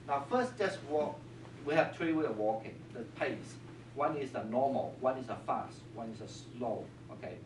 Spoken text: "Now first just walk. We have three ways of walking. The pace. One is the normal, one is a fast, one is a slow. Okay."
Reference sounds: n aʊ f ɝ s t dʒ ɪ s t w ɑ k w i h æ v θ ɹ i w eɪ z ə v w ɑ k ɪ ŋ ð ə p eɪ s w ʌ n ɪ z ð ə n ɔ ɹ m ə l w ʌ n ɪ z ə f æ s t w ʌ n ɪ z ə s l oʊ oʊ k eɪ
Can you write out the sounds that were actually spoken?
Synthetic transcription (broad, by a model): n aʊ f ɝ s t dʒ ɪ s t w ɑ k w i h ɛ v t ɹ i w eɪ ə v w ɑ k ɪ ŋ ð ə p eɪ s w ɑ n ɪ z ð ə n ɔ m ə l w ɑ n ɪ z ə f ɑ s t w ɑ n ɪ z ə s l oʊ oʊ k eɪ